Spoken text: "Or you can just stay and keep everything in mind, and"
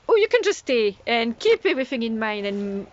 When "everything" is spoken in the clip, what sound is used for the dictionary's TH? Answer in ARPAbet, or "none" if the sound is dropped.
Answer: TH